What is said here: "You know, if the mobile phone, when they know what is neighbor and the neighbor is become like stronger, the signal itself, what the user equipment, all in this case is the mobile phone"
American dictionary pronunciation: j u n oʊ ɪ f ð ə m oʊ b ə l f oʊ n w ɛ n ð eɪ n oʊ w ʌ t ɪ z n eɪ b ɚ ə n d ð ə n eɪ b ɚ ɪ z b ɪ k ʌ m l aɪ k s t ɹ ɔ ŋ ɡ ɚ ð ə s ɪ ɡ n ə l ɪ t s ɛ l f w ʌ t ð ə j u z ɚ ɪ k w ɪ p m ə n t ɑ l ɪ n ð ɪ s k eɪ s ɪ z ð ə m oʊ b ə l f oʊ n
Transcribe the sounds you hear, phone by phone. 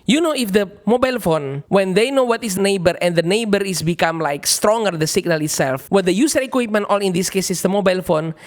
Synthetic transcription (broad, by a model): j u n oʊ ɪ f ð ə m oʊ b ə l f oʊ n w ɛ n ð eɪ n oʊ w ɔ t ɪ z n eɪ b ɚ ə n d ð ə n eɪ b ɚ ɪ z b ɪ k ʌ m l aɪ k s t ɹ ɔ ŋ ɡ ɚ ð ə s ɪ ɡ n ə l ɪ t s ɛ l f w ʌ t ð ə j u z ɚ ɪ k w ɪ p m ə n t ɑ l ɪ n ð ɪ s k eɪ s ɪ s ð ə m oʊ b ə l f oʊ n